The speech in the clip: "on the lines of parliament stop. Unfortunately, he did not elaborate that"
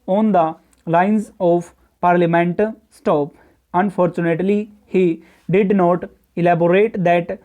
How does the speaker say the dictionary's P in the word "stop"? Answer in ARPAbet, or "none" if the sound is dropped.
P